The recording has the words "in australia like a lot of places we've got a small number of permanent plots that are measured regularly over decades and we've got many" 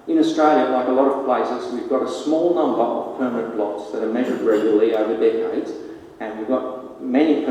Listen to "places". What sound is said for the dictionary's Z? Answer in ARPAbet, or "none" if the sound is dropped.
Z